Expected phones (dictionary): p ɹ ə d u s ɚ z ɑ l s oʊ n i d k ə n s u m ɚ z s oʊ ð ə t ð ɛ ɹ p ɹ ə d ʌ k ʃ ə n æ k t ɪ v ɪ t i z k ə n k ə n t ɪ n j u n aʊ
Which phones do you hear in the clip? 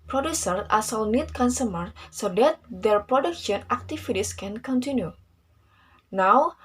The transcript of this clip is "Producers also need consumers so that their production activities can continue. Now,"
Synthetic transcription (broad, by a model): p ɹ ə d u s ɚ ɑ s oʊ n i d k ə n s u m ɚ s oʊ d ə t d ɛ ɹ p ɹ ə d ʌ k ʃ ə n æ k t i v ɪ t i s k ə n k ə n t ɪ n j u n aʊ